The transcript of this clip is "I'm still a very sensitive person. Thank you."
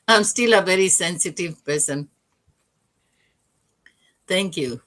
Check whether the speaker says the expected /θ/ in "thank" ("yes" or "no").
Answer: no